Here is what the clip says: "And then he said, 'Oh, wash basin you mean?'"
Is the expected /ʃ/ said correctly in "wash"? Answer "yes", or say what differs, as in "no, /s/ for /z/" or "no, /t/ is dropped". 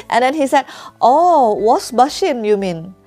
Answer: no, /s/ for /ʃ/